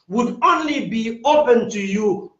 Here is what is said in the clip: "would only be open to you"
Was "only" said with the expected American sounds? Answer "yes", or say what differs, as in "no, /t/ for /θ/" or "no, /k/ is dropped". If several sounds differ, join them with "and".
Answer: yes